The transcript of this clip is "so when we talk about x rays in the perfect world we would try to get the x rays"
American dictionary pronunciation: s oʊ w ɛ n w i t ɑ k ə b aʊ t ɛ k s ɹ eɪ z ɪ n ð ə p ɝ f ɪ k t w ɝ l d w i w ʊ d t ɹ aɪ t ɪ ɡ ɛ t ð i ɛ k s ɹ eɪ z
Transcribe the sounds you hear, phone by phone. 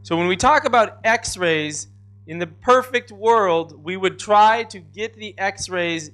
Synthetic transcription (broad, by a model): s oʊ w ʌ n w i t ɑ k ə b aʊ t ɛ k s ɹ eɪ z ɪ n ð ə p ɝ f ɪ k t w ɝ l d w i w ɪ d t ɹ aɪ t ɪ ɡ ɛ t ð i ɛ k s ɹ eɪ z